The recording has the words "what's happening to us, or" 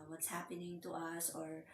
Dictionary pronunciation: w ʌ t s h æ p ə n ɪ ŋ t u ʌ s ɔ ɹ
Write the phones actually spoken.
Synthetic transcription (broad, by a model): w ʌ t s h æ p ə n ɪ ŋ t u ʌ s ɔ ɹ